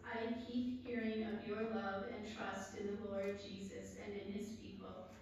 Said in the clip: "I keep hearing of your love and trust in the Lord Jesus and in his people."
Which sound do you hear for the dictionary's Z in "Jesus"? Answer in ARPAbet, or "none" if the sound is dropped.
Z